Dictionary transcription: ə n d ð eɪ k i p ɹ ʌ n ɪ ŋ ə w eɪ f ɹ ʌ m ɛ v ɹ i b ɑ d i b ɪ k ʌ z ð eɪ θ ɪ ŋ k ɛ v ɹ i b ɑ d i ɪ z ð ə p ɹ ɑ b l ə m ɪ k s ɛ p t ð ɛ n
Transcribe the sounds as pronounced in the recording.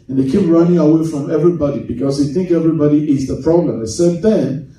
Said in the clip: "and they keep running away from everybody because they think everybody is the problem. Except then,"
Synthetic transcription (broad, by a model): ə n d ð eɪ k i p ɹ ʌ n ɪ ŋ ə w eɪ f ɹ ʌ m ɛ v ɹ i b ɑ d i b ɪ k ʌ z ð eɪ θ ɪ ŋ k ɛ v ɹ i b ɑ d i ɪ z ð ə p ɹ ɑ b l ə m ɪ s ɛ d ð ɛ n